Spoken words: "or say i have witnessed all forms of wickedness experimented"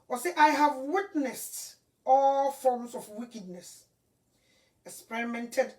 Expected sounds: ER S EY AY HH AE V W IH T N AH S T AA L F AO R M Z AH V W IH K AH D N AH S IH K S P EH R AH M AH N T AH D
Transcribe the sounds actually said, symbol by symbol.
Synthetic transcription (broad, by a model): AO S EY AY HH AE V W IH T N AH S T AA L F AO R M S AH F W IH K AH D N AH S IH K S P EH R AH M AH N T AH D